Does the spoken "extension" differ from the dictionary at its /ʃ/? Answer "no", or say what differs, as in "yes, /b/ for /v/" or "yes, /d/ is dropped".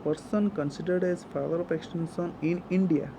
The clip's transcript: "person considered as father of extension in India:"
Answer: yes, /s/ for /ʃ/